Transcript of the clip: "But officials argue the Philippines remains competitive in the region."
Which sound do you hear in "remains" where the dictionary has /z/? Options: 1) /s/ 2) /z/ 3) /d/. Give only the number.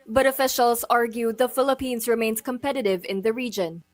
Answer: 1